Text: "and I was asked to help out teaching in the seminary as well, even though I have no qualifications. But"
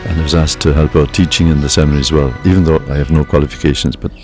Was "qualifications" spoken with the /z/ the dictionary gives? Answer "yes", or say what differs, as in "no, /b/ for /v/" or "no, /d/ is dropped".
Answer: yes